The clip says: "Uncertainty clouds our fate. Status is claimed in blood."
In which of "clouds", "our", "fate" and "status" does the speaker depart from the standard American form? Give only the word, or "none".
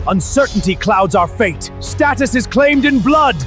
none